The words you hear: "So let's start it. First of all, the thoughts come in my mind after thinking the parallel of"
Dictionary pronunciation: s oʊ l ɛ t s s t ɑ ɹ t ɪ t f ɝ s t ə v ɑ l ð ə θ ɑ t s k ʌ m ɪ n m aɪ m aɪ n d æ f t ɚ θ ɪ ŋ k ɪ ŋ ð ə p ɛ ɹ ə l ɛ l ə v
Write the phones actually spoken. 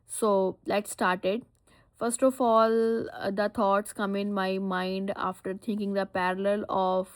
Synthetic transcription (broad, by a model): s oʊ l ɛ t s s t ɑ ɹ t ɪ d f ɝ s t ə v ɑ l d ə t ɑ t s k ʌ m ɪ n m aɪ m aɪ n d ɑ f t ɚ t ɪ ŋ k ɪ ŋ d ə p ɛ ɹ ə l ɛ l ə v